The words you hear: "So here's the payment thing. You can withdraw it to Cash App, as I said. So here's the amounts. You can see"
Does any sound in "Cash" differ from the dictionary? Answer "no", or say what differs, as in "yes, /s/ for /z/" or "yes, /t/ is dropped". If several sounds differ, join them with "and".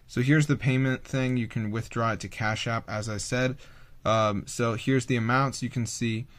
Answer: no